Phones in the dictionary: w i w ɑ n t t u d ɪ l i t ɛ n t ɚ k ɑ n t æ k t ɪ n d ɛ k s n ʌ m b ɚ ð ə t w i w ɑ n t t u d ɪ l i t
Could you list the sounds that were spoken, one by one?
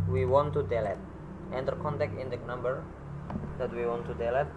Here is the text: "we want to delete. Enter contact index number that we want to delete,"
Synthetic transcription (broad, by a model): w i w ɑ n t t u d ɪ l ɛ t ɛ n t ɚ k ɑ n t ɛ k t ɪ n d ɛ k n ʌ m b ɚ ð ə t w i w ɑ n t t u d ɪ l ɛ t